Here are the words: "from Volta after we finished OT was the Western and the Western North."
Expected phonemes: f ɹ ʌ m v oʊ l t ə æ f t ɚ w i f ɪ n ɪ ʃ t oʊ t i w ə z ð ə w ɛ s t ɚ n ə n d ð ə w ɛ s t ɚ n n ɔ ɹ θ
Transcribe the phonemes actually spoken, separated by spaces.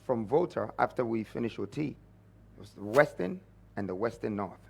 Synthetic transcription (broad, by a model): f ɹ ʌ m v oʊ t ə æ f t ɚ w i f ɪ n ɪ ʃ oʊ t i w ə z ð ə w ɛ s t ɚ n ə n ð ə w ɛ s t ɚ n n ɔ ɹ θ